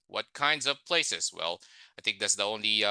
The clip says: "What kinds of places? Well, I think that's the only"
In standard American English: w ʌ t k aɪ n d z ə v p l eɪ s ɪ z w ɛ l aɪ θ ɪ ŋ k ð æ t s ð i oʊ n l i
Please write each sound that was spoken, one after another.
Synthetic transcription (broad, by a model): w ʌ t k aɪ n d z ə v p l eɪ s ɪ z w ɛ l aɪ θ ɪ ŋ k ð æ t s ð i oʊ n l i